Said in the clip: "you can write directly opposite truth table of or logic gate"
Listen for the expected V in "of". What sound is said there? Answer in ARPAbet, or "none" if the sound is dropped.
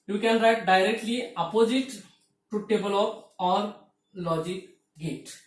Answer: P